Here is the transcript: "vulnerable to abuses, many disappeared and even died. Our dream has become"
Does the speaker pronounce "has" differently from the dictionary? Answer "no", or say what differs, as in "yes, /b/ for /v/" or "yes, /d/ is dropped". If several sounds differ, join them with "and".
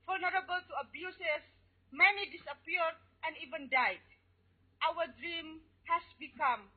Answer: yes, /s/ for /z/